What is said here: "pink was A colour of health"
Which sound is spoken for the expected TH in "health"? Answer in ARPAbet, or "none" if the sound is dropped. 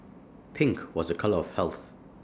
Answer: TH